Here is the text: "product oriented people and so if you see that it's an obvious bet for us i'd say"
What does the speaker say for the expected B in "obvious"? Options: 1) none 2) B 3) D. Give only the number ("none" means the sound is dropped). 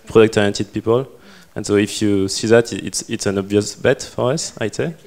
2